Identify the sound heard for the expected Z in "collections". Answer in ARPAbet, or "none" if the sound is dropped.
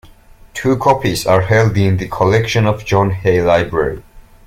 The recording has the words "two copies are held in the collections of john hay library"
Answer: none